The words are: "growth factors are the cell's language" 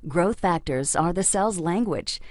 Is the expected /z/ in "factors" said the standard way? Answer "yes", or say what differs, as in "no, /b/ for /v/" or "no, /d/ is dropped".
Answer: yes